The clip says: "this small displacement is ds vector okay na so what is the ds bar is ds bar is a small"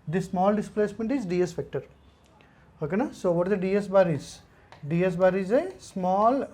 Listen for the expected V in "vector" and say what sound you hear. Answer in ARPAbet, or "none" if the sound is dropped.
F